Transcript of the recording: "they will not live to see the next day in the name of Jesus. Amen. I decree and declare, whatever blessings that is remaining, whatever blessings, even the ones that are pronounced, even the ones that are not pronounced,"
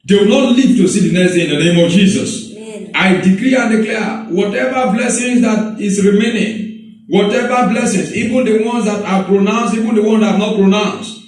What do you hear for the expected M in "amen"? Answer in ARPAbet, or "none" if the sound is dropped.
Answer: none